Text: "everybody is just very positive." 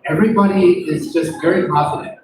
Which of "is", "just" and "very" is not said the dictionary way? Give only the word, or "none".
none